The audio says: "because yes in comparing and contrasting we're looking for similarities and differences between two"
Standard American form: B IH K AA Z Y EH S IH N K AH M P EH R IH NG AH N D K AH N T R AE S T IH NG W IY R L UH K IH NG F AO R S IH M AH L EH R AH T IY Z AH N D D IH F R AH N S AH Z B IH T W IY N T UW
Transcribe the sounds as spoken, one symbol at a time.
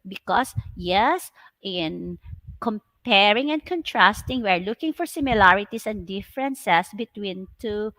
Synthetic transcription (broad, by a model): B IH K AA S Y EH S IH N K AH M P EH R IH NG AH N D K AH N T R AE S T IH NG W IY R L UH K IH NG F AO R S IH M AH L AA R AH T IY S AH N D D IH F R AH N S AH S B IH T W IY N T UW